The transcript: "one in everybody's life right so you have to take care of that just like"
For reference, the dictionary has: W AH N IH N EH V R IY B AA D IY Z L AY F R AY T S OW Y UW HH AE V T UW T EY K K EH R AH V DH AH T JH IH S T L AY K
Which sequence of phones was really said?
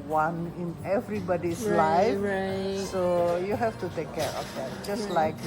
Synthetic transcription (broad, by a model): W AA N IH N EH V R IY B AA D IY S L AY AY S OW Y UW HH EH F T UW T EY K K EH R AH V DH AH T JH IH S T L AY K